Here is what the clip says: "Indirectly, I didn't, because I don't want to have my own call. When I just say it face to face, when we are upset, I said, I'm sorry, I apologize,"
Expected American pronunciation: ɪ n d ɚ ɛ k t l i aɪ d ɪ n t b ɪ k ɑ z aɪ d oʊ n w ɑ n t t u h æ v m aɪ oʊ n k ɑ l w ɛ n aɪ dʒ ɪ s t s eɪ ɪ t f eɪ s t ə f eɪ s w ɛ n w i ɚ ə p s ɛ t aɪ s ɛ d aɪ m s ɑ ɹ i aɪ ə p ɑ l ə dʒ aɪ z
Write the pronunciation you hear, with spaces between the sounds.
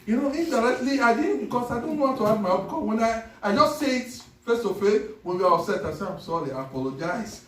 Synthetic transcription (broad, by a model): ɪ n d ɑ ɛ k t l i aɪ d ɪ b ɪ k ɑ s aɪ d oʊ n w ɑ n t t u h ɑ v m aɪ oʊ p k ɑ w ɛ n aɪ dʒ ɪ s t s eɪ ɪ t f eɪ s t ə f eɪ w ɛ n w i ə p s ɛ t aɪ s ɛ aɪ m s ɑ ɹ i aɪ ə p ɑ l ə dʒ aɪ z